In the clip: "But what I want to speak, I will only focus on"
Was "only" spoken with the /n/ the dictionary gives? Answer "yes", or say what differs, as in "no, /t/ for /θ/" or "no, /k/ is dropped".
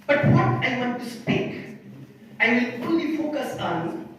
no, /n/ is dropped